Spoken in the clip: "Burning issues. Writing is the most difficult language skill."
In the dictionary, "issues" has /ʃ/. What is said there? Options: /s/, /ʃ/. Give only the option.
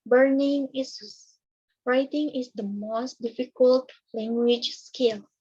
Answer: /s/